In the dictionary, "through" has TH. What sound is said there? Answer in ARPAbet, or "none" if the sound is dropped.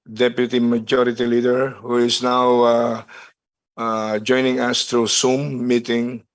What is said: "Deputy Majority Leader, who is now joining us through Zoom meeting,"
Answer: T